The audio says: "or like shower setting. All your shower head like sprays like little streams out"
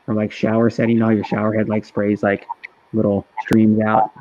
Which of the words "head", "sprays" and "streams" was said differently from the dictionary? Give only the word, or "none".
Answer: none